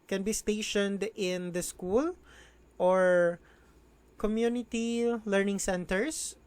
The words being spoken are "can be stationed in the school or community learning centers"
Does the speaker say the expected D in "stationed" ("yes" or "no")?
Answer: yes